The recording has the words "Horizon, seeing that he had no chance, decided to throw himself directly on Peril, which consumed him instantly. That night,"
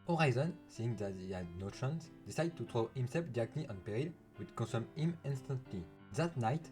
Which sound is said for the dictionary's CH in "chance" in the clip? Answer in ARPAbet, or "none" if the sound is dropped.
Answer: SH